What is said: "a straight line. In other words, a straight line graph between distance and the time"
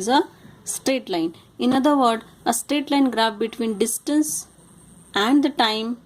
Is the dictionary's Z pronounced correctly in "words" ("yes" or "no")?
no